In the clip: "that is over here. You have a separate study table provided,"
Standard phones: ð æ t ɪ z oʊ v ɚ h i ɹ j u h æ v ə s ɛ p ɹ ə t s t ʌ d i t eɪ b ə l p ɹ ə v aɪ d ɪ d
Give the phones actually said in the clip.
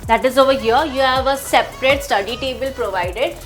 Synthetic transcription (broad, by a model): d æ t ɪ z oʊ v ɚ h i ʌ j u h æ v ə s ɛ p ɹ ə t s t ʌ d i t eɪ b ə l p ɹ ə v aɪ d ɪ d